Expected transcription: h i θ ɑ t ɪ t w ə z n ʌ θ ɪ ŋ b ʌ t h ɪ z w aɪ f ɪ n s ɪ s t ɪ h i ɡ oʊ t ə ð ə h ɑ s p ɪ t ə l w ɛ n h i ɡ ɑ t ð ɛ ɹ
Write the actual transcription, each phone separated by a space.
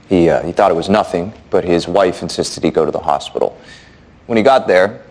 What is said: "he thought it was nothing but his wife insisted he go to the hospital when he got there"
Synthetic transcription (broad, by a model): h i θ ɑ t ɪ t w ə z n ʌ θ ɪ ŋ b ʌ t h ɪ z w aɪ f ɪ n s ɪ s t ɪ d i ɡ oʊ t ə ð ə h ɑ s p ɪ t l w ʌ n i ɡ ɑ t ð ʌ ɹ